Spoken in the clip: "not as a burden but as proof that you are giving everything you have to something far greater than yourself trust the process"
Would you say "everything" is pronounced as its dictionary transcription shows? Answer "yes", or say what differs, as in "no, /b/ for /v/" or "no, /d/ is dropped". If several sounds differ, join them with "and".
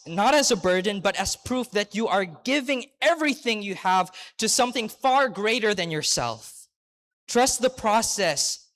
yes